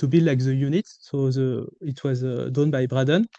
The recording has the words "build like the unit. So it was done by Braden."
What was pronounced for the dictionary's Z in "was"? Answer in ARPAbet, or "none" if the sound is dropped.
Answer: Z